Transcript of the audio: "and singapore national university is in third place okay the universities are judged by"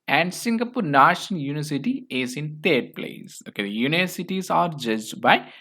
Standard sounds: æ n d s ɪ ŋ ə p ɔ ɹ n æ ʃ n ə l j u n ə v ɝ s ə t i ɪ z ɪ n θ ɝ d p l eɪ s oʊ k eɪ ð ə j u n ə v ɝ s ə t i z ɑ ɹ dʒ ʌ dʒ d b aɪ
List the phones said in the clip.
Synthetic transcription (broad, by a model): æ n d s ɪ ŋ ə p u ɹ n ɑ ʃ ə n j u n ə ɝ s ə t i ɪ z ɪ n t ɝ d p l eɪ s oʊ k eɪ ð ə j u n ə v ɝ s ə t i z ɑ ɹ dʒ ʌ dʒ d b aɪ